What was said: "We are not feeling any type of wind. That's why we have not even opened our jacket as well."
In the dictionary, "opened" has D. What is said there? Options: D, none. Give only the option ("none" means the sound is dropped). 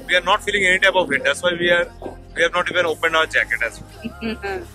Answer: D